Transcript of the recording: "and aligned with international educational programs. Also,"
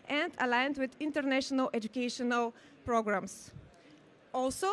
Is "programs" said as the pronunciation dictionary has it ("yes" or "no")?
no